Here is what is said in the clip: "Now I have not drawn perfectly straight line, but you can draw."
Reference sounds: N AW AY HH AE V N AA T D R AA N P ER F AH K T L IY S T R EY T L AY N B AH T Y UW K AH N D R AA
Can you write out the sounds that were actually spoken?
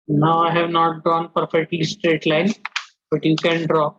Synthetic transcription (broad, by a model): N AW AY HH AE V N AA T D AA N P ER F AH K T L IY S T R EY T L AY N B AH T Y UW K AH N D R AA